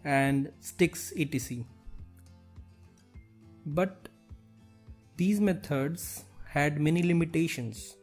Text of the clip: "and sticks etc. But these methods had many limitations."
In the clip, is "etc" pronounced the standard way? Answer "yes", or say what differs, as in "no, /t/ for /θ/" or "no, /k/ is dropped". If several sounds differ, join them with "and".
no, /s/ is dropped